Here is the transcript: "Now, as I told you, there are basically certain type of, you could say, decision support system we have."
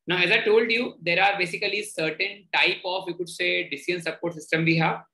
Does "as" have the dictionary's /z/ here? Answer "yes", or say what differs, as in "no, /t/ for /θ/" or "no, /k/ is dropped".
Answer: yes